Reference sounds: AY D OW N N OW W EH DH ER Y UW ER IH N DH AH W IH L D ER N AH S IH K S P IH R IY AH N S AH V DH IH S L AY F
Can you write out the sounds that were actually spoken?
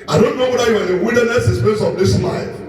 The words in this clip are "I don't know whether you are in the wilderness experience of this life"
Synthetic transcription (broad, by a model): AY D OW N N OW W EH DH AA Y UW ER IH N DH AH W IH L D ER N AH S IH S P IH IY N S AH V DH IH S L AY